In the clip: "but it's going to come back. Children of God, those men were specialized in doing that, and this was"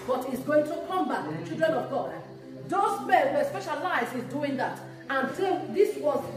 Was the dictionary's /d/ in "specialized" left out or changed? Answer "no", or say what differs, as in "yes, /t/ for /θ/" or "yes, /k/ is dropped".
yes, /d/ is dropped